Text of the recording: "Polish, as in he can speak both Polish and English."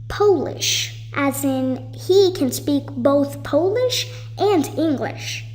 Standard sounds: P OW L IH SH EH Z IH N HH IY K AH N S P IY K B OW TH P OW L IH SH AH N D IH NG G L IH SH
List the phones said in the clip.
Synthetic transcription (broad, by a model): P OW L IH SH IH Z IH N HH IY K AH N S P IY K B OW TH P OW L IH SH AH N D IH NG G L IH SH